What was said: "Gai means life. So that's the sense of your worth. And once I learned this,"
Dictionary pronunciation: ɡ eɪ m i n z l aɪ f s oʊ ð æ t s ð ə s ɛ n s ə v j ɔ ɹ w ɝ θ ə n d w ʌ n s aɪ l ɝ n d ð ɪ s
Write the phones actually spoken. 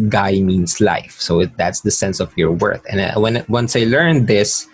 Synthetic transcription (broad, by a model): ɡ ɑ m i n s l aɪ f s oʊ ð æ t s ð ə s ɛ n s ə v j ɔ ɹ w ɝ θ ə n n w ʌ n s aɪ l ɝ n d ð ɪ s